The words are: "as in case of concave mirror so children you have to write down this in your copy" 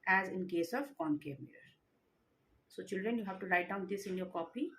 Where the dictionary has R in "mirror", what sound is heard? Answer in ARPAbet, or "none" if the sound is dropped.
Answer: none